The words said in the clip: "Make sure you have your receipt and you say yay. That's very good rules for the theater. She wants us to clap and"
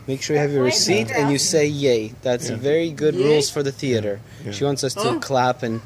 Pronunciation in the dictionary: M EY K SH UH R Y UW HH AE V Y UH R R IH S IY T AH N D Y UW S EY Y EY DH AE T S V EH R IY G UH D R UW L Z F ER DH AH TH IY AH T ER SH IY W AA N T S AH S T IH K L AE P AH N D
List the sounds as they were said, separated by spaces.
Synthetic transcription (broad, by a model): M EY K SH UH R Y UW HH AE V Y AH R R IH S IY T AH N Y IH S EY Y EY DH AE T S V EH R IY G UH D R UW L Z F ER DH AH TH IY AH T ER SH IY W AA N T S AH S T IH K L AE P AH N